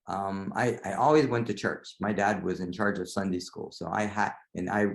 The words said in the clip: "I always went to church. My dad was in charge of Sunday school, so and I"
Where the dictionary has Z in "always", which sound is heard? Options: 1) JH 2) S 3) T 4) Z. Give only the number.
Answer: 4